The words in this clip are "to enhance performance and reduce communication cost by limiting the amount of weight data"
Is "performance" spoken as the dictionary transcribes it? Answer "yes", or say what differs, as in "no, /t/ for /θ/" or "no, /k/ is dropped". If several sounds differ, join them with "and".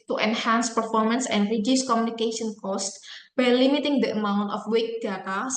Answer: yes